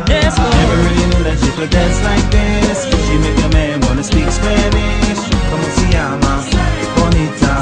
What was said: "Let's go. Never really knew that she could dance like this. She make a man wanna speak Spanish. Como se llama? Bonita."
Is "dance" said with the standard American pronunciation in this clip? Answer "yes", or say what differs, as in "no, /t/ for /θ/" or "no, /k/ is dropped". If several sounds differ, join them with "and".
no, /n/ is dropped